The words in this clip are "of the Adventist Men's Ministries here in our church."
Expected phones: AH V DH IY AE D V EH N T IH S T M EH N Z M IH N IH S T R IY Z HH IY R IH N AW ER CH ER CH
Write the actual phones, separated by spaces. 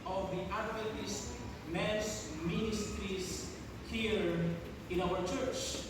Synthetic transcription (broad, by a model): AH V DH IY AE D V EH T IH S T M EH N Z M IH N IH S T R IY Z HH IY R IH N AW ER CH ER CH